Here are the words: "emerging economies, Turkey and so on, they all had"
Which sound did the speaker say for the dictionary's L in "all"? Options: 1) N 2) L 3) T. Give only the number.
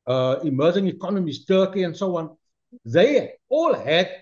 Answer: 2